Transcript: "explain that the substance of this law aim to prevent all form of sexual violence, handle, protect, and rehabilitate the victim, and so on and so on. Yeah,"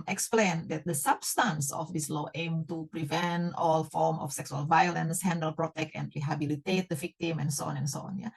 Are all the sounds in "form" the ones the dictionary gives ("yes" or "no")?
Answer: yes